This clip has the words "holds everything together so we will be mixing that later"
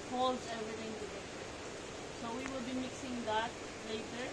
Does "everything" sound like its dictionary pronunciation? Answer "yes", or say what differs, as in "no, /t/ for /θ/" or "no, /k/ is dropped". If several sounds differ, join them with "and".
no, /t/ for /θ/